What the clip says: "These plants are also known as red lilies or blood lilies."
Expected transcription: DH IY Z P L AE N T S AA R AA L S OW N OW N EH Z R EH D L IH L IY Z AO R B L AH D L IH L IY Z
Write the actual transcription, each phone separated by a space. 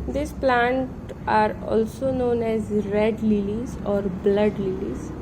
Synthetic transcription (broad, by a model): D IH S P L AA N T AA R AA L S OW N OW N EH Z R EH D L IH L IY Z AO R B L AH D L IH L IY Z